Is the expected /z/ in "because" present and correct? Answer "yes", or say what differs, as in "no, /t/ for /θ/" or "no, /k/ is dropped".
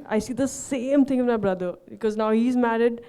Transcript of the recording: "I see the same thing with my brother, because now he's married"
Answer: yes